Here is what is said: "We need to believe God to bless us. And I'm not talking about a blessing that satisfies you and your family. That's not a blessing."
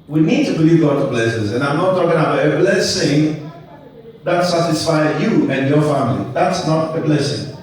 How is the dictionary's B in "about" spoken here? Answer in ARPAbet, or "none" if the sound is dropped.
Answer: none